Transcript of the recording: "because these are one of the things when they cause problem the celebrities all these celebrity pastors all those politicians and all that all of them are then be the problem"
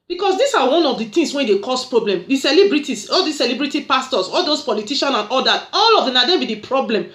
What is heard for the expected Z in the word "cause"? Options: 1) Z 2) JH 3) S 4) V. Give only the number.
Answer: 3